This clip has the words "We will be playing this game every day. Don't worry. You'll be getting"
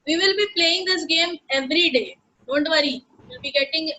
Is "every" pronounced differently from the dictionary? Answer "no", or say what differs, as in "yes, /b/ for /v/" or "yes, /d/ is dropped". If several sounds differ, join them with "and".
no